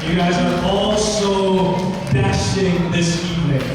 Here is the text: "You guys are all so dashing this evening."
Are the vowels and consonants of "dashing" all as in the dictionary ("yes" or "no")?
no